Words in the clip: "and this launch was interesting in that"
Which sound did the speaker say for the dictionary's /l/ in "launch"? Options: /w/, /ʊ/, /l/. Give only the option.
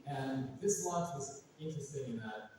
/w/